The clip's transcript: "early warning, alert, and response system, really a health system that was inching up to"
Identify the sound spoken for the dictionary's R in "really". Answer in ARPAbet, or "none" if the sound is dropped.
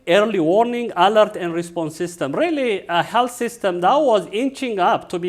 R